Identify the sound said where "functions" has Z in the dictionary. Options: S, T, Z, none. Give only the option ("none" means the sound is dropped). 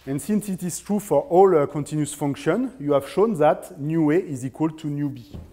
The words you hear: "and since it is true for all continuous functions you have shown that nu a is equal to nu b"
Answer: none